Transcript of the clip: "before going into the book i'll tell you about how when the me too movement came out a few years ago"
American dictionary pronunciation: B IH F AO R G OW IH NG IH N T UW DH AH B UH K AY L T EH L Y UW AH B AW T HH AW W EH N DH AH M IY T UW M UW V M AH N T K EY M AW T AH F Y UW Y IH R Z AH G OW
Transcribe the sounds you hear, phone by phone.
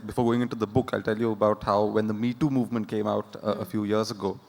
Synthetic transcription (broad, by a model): B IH F AO R G OW IH NG IH N T UW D AH B UH K AY L T EH L Y UW AH B AW T HH AW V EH N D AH M IY T UW M UW V M AH N T K EY M AW T AH F Y UW Y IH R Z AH G OW